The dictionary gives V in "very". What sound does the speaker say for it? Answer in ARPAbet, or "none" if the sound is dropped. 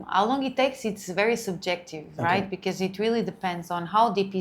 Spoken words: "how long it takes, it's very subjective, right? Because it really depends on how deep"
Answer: V